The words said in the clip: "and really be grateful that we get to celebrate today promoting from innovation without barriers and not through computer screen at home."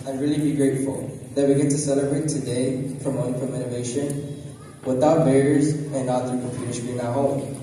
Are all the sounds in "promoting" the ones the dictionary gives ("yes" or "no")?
no